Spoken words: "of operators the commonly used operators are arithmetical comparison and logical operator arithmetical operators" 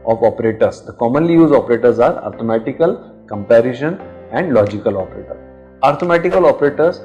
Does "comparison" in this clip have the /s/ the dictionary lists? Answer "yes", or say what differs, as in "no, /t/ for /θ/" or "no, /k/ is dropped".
no, /ʃ/ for /s/